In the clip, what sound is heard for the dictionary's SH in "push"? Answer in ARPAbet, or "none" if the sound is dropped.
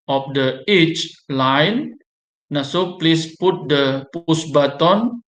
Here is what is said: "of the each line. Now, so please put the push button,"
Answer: S